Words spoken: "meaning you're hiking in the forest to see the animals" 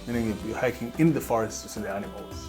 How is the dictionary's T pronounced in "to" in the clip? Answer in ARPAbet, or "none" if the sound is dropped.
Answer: S